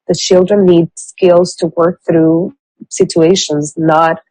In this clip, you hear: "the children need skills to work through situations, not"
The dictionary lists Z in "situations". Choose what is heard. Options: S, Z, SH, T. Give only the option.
Z